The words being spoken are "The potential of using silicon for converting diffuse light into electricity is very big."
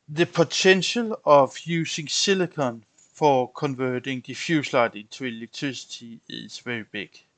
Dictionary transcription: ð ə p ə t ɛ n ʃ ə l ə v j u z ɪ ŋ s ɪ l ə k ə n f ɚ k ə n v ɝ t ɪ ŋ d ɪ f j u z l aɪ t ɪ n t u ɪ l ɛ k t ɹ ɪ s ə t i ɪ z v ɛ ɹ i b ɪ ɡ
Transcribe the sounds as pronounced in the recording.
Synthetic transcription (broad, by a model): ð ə p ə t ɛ n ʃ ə l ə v j u s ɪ ŋ s ɪ l ə k ə n f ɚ k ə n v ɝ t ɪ ŋ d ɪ f j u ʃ l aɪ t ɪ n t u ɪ l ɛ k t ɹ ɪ s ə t i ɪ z v ɛ ɹ i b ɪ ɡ